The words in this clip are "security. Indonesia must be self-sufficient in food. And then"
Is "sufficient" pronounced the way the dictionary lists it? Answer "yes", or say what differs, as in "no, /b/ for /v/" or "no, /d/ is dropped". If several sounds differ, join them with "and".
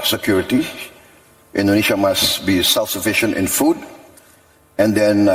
yes